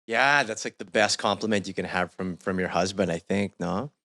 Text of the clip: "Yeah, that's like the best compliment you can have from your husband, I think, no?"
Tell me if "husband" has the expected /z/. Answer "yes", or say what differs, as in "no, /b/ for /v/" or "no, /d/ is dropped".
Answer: yes